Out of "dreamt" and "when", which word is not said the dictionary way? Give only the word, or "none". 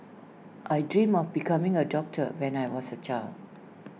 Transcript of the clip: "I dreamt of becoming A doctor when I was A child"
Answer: dreamt